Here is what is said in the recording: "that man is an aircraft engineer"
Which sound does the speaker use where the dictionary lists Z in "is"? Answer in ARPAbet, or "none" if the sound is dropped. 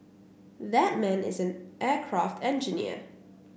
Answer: Z